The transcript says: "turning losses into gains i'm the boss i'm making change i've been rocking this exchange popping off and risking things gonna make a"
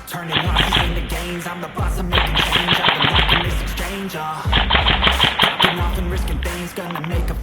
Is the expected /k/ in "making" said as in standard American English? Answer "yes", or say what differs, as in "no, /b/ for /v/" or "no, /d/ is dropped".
no, /k/ is dropped